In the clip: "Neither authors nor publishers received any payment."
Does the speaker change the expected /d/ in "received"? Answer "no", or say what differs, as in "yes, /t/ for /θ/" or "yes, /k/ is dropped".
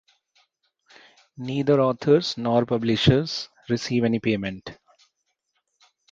yes, /d/ is dropped